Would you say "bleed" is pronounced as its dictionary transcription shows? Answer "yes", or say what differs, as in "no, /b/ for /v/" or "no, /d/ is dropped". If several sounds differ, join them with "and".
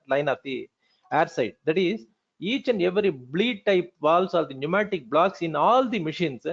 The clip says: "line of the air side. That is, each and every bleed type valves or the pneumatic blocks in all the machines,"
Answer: yes